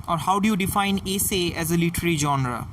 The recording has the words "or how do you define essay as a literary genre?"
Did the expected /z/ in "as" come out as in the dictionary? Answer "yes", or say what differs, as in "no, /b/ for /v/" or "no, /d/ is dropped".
yes